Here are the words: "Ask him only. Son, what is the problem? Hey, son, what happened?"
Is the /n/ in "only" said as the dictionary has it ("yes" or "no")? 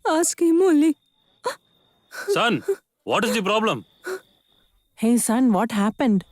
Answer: no